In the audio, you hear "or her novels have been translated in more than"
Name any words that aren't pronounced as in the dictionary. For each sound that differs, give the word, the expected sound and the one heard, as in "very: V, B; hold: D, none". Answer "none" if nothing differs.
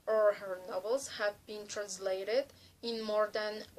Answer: none